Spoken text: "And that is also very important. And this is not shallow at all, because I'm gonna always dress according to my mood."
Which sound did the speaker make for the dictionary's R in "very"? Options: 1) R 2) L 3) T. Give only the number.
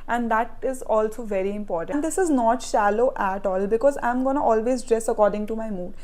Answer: 1